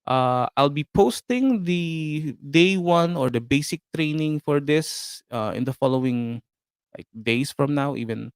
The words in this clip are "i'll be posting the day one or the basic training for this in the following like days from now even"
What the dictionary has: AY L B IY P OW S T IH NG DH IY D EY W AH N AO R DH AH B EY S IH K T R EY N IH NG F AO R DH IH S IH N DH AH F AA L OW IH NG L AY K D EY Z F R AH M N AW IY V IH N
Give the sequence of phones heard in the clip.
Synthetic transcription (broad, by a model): AY L B IY P OW S T IH NG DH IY D EY W AH N AO R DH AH B EY S IH K T R EY N IH NG F AO R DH IH S IH N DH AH F AA L OW IH NG L AY K D EY S F R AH M N AW IY V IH N